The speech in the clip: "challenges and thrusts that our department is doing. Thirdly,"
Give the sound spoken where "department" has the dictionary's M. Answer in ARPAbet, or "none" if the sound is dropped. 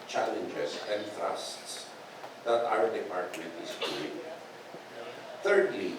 none